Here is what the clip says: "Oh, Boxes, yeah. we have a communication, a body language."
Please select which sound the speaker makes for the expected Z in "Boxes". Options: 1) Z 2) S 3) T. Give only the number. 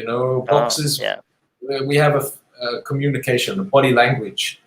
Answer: 1